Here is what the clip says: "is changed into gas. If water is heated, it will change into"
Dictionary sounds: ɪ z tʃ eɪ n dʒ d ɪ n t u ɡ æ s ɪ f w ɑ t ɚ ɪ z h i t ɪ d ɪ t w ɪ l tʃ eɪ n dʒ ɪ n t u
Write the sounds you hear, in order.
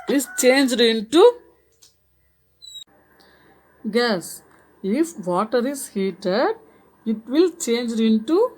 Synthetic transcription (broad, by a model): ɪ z tʃ eɪ n dʒ d ɪ n t u ɡ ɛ s ɪ f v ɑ t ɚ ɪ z h i t ɪ d ɪ t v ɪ l tʃ eɪ n dʒ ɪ n t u